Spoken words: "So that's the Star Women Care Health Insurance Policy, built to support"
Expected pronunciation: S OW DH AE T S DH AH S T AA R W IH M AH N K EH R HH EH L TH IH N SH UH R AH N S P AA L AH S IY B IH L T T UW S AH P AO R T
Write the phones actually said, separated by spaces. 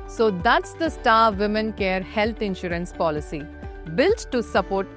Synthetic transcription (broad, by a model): S OW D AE T S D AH S T AA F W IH M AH N K EH R HH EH L T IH N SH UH R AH N S P AA L AH S IY B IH L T T UW S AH P AO R T